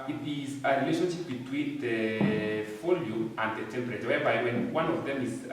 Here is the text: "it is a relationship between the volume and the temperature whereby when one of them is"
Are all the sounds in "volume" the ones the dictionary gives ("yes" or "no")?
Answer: no